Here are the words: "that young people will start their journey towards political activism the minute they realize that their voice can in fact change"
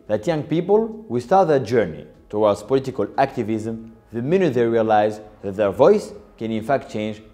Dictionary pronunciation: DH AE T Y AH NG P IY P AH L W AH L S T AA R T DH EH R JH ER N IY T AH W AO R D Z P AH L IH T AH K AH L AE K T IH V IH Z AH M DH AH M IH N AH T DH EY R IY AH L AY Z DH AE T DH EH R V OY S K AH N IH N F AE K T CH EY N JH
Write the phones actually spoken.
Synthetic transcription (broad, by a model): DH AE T Y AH NG P IY P AH L W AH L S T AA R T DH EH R JH ER N IY T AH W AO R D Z P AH L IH T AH K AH L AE K T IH V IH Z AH M DH AH M IH N AH T DH EY R IY AH L AY Z DH AE T DH EH R V OY S K AH N IH N F AE K T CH EY N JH